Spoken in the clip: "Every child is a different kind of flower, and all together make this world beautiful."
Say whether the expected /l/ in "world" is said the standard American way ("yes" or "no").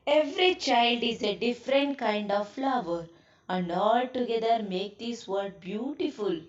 no